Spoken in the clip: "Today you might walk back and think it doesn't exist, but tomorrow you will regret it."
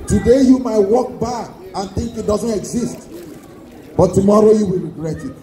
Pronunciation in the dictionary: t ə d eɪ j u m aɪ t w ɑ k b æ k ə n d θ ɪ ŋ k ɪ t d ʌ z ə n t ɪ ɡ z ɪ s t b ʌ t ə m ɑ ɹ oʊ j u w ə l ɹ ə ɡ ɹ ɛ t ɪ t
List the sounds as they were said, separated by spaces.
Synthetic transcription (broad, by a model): t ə d eɪ j u m aɪ t w ɑ k b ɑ ə n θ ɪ ŋ k ɪ t d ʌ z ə n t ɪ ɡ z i s t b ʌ t ə m ɑ ɹ oʊ j u w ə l ɹ ə ɡ ɹ ɛ t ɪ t